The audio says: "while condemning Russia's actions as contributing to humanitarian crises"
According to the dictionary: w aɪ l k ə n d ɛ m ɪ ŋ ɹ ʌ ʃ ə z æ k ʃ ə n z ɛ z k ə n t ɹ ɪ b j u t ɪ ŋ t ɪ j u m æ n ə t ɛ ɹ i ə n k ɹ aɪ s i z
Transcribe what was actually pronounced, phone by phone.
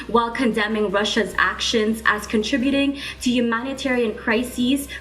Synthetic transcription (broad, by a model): w aɪ l k ə n d ɛ m ɪ ŋ ɹ ʌ ʃ ə z æ k ʃ ə n z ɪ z k ə n t ɹ ɪ b j u t ɪ ŋ t ɪ j u m æ n ə t ɛ ɹ i ə n k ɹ aɪ s i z